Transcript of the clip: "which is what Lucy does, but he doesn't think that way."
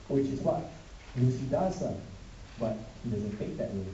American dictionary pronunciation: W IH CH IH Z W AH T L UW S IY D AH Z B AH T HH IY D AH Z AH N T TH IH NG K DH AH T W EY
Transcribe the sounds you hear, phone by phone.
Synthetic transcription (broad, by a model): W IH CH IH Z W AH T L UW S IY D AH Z B AH T HH IY D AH Z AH N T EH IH K DH AH T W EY